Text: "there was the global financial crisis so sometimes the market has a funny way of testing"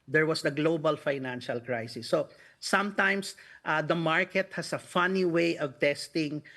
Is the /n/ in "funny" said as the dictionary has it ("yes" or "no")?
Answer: yes